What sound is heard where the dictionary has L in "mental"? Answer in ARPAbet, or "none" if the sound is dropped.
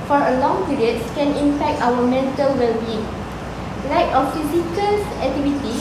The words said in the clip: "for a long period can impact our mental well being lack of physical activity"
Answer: L